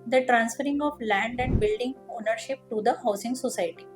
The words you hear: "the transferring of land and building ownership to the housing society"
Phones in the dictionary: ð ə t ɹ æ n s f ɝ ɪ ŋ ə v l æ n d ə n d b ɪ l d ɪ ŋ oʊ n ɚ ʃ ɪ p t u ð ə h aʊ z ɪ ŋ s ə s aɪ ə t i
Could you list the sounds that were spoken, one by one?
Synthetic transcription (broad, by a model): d ə t ɹ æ n s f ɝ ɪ ŋ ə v l æ n d ə n d b ɪ l d ɪ ŋ oʊ n ɚ ʃ ɪ p t u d ə h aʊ s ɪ ŋ s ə s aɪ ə t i